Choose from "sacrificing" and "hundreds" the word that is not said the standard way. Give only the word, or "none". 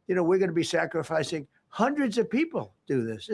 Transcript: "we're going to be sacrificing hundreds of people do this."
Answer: none